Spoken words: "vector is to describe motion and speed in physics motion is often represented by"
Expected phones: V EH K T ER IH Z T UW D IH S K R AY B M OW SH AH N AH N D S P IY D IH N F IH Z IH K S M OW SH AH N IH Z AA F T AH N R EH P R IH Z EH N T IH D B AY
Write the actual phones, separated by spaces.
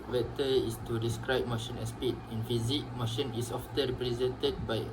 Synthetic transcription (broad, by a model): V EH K T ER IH S T UW D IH S K R AY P M OW SH AH N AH S P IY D IH N F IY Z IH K M OW SH AH N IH S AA F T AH R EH P R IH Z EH N T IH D B AY